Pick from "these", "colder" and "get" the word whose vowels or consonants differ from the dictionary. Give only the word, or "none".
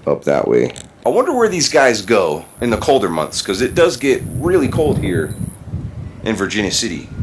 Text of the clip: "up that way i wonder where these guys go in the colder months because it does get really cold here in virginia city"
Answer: none